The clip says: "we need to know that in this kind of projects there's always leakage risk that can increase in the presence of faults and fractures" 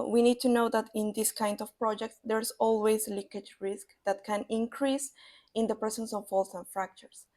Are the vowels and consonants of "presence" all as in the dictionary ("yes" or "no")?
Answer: no